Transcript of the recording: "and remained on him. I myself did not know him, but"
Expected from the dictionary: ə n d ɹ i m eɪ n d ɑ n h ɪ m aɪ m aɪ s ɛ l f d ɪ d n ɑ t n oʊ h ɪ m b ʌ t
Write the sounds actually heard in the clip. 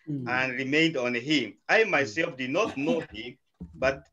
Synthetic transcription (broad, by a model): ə n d ɹ i m eɪ n d ɑ n h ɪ m aɪ m aɪ s ɛ l f d ɪ d n ɑ t n oʊ h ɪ m b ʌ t